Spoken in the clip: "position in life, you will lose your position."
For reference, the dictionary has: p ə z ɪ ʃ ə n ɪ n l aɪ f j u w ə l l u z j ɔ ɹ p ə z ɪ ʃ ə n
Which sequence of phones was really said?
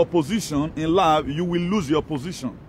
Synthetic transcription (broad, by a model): p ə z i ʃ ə n ɪ n l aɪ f j u w ə l l u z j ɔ p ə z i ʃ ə n